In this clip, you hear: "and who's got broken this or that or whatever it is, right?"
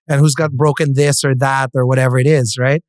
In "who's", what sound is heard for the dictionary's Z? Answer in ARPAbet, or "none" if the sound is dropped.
Z